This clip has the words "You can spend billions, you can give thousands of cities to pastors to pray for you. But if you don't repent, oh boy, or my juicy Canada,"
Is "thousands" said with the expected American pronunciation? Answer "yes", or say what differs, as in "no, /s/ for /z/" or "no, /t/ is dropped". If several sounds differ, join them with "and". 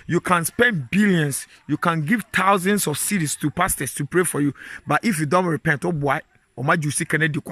no, /t/ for /θ/